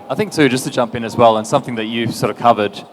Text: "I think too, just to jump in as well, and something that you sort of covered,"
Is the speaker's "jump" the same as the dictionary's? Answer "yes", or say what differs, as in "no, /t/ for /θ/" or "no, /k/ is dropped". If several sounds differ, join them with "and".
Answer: yes